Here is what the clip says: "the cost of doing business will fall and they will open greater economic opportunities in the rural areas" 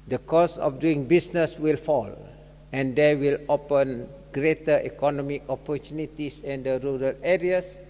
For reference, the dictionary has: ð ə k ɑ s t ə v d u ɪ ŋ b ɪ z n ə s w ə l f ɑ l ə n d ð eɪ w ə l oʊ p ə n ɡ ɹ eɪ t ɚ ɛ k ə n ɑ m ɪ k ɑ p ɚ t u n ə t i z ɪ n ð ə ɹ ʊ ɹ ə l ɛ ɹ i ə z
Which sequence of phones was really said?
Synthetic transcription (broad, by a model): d ə k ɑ s ə f d u ɪ ŋ b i s n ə s w ə l f ɑ l ə n d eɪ w ə l oʊ p ə n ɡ ɹ eɪ t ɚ ɛ k ə n ɑ m ɪ k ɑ p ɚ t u n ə t i s ɪ n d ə ɹ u ɹ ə l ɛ ɹ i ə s